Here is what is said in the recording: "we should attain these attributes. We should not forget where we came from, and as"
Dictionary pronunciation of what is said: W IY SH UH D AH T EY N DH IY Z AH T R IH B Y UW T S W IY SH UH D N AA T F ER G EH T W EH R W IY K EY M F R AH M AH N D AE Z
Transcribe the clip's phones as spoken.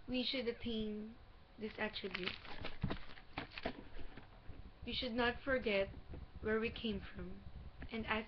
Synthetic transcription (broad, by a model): W IY SH UH D AH T EY N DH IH S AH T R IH B Y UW T W IY SH UH D N AA T F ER G EH T W EH R W IY K EY M F R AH M AH N D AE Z